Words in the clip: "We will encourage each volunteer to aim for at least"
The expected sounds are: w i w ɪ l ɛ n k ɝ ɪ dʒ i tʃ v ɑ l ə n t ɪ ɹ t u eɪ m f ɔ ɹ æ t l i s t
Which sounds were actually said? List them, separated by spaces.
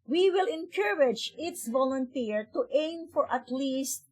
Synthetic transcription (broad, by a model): w i w ɪ l ɛ n k ɝ ɪ dʒ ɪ s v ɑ l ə n t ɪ ɹ t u eɪ m f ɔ ɹ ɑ t l i s t